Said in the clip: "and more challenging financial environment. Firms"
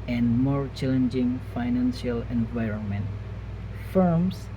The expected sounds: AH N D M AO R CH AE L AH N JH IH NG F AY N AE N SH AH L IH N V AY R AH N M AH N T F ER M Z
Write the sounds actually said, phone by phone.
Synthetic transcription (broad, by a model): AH N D M AO R CH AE L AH N JH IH NG F AY N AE N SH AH L IH N V AY R AH N M AH N T F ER M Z